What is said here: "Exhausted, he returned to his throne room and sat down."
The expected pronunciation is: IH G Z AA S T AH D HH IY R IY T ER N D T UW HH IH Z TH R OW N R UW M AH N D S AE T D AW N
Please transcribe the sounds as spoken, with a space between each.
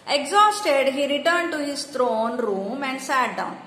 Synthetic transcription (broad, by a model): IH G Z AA S T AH D HH IY R IY T ER N D T UW HH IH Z T R OW N R UW M AH N D S AE T D AW N